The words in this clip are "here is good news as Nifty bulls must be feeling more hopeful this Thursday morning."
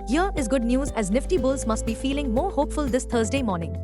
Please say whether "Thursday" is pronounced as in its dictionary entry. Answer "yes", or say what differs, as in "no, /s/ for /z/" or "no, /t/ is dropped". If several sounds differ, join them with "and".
no, /t/ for /θ/